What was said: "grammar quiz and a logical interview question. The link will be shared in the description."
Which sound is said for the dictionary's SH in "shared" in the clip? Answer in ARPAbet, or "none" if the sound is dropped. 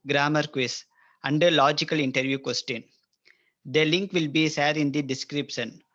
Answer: S